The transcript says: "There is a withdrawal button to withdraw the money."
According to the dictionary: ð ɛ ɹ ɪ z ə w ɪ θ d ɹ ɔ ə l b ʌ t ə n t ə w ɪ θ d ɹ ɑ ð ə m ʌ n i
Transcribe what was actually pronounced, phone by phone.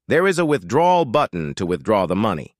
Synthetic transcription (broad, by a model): ð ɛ ɹ ɪ z ə w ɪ θ d ɹ ɔ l b ʌ t n t ə w ɪ θ d ɹ ɑ ð ə m ʌ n i